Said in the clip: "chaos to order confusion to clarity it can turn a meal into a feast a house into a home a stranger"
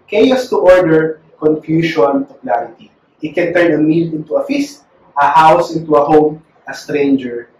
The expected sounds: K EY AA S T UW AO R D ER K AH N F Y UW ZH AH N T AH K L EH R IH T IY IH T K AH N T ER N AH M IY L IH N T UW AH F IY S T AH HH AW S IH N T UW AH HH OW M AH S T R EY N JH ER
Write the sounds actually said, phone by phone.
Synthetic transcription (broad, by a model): K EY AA S T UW AO R D ER K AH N F Y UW SH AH N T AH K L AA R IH T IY IH T K AH N T ER N AH M IY L IH N T UW AH F IY S T AH HH AW S IH N T UW AH HH OW M AH S T R EY N JH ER